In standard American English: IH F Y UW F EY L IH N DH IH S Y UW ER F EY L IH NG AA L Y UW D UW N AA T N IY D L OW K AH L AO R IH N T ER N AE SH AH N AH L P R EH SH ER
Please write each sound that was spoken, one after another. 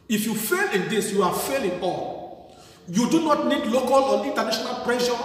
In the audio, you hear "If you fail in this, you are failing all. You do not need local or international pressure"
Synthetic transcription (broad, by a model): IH F Y UW F EY L IH N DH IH S Y UW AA F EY L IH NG AA L Y UW D UW N AA T N IY D L OW K AH L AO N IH N T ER N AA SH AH N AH L P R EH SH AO